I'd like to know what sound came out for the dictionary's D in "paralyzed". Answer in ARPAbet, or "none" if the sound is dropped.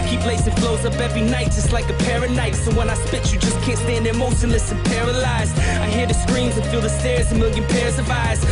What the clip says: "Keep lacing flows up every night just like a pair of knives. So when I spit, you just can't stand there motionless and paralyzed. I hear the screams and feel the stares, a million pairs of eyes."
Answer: none